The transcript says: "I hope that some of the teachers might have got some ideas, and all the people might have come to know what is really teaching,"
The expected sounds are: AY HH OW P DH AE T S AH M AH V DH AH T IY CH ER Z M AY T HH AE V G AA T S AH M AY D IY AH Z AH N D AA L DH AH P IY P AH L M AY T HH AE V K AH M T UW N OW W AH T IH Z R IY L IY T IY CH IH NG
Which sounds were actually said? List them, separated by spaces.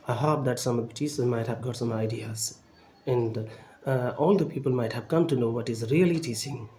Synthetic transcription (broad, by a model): AY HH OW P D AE T S AH M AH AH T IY S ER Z M AY T HH AE V G AA T S AH M AY D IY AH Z AH N D AA L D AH P IY P AH L M AY T HH AE V K AH M T UW N OW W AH T IH Z R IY L IY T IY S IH NG